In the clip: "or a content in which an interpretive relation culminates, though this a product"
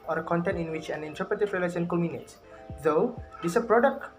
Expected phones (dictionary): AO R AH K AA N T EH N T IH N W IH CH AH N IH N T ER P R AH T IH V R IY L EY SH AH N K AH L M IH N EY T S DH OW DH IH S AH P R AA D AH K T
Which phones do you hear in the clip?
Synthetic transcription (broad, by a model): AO R AH K AA N T EH N T IH N W IH CH AH N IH N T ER P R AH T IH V R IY L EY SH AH N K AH M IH N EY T S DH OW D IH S AH P R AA D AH K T